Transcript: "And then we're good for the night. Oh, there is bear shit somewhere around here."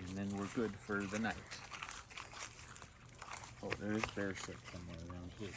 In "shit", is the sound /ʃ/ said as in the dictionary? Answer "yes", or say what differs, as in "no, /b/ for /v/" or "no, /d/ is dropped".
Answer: no, /s/ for /ʃ/